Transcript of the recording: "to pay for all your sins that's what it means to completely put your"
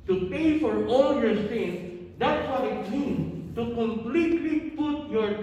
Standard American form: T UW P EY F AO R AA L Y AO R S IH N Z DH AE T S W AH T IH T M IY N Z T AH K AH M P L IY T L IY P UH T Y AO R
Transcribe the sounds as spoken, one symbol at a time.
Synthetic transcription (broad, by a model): T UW P EY F AO R AA L Y AO R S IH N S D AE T S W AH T IH T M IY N T AH K AH M P L IY T L IY P UH T Y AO R